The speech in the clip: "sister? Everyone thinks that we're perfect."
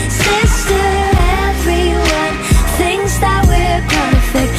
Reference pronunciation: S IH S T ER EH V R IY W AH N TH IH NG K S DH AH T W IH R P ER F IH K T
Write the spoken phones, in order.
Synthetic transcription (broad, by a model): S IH S T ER EH V R IY W AH N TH IH NG S DH AH T W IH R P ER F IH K